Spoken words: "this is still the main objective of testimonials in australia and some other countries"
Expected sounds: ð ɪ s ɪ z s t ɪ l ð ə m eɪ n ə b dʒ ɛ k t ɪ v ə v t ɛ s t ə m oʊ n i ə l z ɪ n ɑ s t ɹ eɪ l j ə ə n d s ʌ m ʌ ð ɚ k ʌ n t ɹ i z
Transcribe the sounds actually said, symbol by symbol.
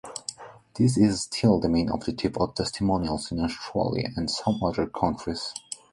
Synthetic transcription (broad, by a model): ð ɪ s ɪ z s t ɪ l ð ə m eɪ n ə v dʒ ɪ t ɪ p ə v t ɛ s t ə m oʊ n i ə l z ɪ n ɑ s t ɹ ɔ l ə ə n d s ʌ m ʌ ð ɚ k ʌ n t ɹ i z